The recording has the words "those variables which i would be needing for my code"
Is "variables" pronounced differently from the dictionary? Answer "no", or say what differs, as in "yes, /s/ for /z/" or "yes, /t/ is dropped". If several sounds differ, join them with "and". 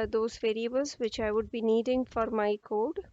no